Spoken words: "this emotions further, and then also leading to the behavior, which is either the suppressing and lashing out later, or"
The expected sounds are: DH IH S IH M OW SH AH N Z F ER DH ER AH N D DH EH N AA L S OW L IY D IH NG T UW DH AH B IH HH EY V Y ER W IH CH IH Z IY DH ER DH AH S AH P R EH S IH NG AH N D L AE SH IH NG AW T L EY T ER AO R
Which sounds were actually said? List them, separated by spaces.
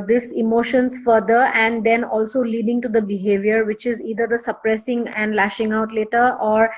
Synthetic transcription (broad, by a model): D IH S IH M OW SH AH N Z F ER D ER AH N D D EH N AA L S OW L IY D IH NG T UW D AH B IH HH EY V Y ER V IH CH IH Z IY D ER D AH S AH P R EH S IH NG AH N D L AE SH IH NG AW T L EY T ER AO R